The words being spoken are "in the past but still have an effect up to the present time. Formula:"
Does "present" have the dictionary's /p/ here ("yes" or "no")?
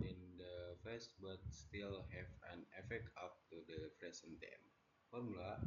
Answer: no